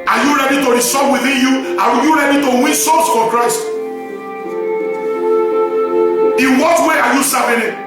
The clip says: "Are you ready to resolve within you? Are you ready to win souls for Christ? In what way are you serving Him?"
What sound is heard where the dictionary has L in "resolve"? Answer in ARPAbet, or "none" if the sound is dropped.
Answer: none